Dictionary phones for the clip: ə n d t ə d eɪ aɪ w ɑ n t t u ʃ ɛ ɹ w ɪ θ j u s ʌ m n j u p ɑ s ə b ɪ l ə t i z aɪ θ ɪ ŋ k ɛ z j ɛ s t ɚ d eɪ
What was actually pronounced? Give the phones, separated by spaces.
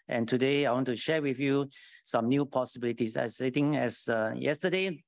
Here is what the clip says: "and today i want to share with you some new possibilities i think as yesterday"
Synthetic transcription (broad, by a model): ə n t ə d eɪ aɪ w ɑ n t t u ʃ ɛ w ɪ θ j u s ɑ m n j u p ɑ s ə b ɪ l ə t i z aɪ t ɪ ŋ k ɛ s j ɛ s t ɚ d eɪ